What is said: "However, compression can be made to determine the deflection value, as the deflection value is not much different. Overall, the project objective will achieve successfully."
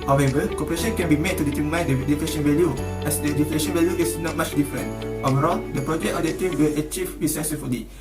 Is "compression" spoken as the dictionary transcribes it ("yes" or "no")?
no